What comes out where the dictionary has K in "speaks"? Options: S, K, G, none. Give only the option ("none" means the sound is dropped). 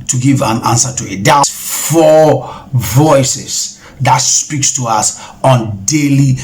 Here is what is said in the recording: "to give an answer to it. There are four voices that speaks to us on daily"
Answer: K